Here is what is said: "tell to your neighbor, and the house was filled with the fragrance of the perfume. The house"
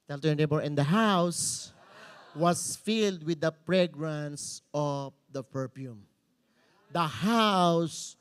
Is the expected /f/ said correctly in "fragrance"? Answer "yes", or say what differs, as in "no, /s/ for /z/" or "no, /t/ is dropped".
no, /p/ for /f/